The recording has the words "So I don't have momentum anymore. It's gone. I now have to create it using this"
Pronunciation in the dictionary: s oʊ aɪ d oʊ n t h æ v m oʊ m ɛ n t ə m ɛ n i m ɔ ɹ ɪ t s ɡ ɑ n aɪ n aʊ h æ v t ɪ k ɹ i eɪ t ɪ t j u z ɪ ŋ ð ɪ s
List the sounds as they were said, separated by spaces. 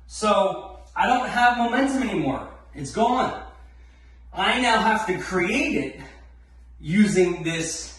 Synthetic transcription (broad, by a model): s oʊ aɪ d oʊ n t h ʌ v m oʊ m ɛ n t ə m ɛ n i m ɔ ɹ ɪ t s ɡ ɑ n aɪ n aʊ h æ f t ɪ k ɹ i eɪ t ɪ t j u z ɪ ŋ ð ɪ s